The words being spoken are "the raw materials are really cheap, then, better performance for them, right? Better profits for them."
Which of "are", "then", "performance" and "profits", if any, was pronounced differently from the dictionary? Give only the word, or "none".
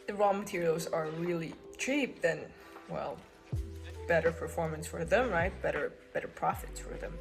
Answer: then